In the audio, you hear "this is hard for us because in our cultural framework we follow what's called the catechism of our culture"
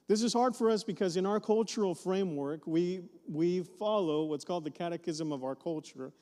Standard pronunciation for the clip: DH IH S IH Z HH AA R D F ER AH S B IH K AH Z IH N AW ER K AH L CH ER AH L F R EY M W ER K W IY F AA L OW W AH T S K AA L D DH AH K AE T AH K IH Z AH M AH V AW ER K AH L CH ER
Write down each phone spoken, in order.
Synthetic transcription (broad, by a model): DH IH S IH Z HH AA R D F ER AH S B IH K AH Z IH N AW ER K AH L CH ER L F R EY M W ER K W IY F AA L OW W AH T S K AA L D DH AH K AE T AH K IH Z AH M AH V AW ER K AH L CH ER